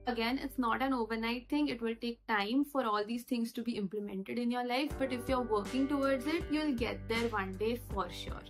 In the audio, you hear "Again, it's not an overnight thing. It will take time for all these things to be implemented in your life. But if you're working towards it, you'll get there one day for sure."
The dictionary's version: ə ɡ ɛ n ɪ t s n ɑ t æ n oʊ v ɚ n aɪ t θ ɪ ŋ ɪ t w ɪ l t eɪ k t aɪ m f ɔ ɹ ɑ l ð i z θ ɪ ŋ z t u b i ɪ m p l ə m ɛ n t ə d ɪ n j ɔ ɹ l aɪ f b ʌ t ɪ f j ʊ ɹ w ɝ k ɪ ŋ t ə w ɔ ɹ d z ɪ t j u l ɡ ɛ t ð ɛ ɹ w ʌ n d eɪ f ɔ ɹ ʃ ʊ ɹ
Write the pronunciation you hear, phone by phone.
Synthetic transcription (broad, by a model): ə ɡ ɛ n ɪ t s n ɑ t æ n oʊ v ɚ n aɪ t t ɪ ŋ ɪ t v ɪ l t eɪ k t aɪ m f ɔ ɹ ɑ l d i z t ɪ ŋ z t u b i ɪ m p l ə m ɛ n t ə d ɪ n j ɔ ɹ l aɪ f b ʌ t ɪ f j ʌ ɹ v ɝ k ɪ ŋ t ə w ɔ ɹ d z ɪ t j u l ɡ ɛ t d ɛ ɹ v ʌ n d eɪ f ɔ ɹ ʃ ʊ ɹ